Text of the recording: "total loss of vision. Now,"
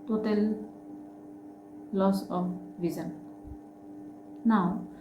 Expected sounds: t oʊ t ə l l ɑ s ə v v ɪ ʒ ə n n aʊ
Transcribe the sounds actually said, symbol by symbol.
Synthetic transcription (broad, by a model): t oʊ t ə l l ɑ s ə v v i z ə n n aʊ